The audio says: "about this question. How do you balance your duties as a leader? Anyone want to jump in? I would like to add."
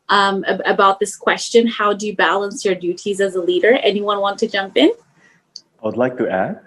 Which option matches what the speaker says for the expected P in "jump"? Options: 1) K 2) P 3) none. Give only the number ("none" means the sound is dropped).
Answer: 2